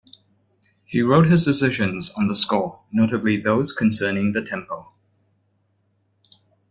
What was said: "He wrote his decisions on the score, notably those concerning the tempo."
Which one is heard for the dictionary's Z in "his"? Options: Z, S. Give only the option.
Z